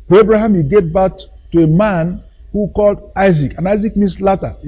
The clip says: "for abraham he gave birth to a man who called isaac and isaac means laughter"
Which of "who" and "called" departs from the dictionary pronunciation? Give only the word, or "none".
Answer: none